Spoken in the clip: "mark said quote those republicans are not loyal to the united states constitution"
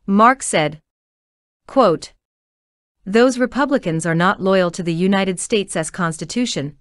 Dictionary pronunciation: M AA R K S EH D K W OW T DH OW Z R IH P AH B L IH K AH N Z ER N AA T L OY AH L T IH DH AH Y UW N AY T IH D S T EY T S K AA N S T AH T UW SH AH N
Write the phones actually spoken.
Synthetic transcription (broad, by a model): M AA R K S EH D K W OW T DH OW Z R IH P AH B L IH K AH N Z ER N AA T L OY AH L T IH DH AH Y UW N AY T IH D S T EY T S K AA N S T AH T UW SH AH N